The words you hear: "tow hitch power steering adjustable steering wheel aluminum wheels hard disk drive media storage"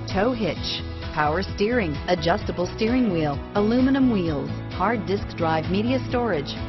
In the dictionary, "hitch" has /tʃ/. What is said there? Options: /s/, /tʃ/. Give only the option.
/tʃ/